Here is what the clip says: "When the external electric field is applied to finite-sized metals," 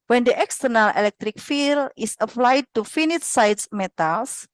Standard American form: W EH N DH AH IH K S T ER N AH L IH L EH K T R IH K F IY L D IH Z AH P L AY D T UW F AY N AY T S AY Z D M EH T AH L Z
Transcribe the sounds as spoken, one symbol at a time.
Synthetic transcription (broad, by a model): W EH N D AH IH K S T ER N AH L IH L EH K T R IH K F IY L IH S AH P L AY D T UW F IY N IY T S AY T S M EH T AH L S